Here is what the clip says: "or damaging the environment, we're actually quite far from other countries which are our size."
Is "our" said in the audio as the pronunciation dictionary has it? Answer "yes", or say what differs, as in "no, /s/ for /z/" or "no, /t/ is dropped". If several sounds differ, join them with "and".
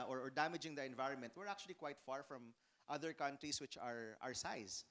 yes